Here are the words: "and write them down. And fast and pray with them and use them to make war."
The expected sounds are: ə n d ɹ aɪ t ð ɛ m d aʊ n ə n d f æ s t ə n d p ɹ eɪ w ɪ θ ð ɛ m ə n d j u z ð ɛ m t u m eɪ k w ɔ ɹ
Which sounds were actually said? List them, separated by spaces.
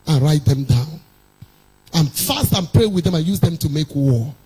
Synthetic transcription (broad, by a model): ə n ɹ aɪ t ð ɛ m d aʊ n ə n f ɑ s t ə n p ɹ eɪ w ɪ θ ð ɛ m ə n j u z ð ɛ m t u m eɪ k w ɔ